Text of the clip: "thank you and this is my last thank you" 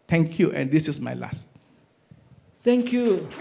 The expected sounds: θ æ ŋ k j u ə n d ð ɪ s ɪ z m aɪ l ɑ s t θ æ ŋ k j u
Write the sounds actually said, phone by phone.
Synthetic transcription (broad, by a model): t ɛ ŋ k j u ə n d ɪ s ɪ s m aɪ l ɑ s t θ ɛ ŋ k j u